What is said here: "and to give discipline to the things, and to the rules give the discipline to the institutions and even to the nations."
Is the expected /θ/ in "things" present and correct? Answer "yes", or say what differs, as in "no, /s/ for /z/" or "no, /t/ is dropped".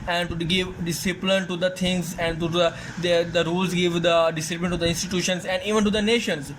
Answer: no, /t/ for /θ/